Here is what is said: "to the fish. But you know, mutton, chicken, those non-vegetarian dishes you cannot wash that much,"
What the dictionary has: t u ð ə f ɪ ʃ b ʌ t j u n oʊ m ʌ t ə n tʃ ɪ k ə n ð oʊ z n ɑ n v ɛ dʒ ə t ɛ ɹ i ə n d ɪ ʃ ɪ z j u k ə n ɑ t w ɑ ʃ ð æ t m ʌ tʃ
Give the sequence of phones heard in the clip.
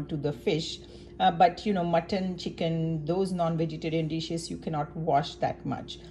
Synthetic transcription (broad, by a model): t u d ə f ɪ ʃ b ʌ t j u n oʊ m ʌ t ə n tʃ ɪ k ə n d oʊ z n ɑ n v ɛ dʒ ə t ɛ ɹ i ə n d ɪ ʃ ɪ s j u k ə n ɑ t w ɑ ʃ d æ t m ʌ tʃ